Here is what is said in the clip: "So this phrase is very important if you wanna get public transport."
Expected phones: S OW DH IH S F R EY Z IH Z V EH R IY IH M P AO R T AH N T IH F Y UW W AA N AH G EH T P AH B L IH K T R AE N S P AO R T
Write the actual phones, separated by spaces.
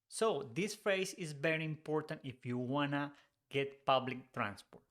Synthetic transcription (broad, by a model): S OW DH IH S F R EY S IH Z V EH R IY IH M P AO R T AH N T IH F Y UW W AA N AH G EH T P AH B L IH K T R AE N S P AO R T